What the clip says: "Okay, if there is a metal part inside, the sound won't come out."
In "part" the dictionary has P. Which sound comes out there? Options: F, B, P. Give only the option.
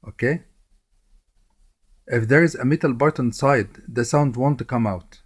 B